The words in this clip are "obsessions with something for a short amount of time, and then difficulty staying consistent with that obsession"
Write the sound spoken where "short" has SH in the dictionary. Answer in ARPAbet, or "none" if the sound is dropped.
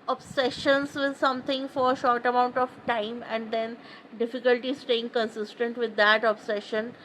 SH